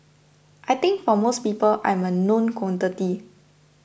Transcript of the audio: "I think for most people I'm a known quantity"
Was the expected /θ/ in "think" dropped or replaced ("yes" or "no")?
yes